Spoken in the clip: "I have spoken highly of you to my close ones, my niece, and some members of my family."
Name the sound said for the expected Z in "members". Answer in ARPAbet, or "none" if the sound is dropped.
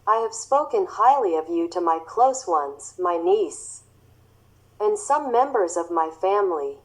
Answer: Z